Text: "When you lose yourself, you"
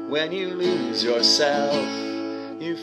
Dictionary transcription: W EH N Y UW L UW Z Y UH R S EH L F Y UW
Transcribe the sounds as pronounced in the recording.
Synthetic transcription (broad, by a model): W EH N Y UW L UW Z Y UH R S EH L F Y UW